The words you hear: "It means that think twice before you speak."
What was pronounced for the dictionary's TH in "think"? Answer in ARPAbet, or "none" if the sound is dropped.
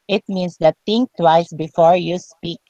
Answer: T